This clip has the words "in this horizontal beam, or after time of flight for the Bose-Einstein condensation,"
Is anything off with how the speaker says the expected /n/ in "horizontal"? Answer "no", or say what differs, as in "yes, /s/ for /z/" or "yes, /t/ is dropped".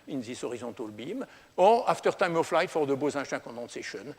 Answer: yes, /n/ is dropped